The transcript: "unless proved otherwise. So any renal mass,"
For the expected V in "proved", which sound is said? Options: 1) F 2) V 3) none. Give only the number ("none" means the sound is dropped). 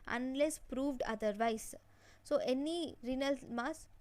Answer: 2